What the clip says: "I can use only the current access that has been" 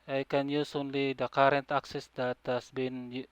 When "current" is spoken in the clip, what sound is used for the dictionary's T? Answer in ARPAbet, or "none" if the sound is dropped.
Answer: T